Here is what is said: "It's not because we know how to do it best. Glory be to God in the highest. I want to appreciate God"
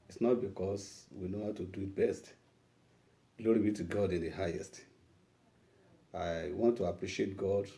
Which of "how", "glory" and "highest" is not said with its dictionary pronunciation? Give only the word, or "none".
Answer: none